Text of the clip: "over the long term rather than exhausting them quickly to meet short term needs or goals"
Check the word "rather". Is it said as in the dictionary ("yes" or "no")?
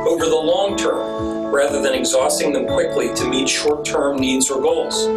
yes